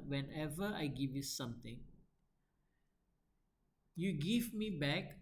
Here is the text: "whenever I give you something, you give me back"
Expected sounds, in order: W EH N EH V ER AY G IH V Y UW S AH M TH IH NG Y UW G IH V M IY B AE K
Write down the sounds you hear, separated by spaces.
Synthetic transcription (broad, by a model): W EH N EH V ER AY G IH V Y UW S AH M T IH NG Y UW G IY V M IY B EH K